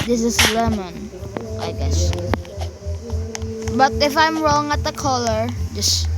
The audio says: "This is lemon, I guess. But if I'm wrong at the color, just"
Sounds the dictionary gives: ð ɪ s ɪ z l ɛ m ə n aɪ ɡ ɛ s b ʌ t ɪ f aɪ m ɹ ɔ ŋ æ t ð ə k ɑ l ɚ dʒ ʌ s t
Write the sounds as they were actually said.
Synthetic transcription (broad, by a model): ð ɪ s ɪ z l ɛ m ə n aɪ ɡ ɛ s b ʌ t ɪ f aɪ m ɹ ɔ ŋ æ t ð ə k ɑ l ɚ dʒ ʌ s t